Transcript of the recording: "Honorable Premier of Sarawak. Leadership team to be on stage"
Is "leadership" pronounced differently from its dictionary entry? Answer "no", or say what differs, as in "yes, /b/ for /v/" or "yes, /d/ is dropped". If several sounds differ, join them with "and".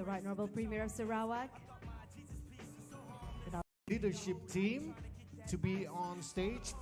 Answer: yes, /n/ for /l/